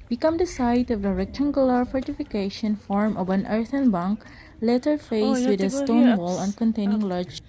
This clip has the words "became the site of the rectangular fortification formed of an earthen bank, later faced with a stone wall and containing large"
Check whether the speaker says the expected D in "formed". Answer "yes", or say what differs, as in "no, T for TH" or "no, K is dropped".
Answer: no, D is dropped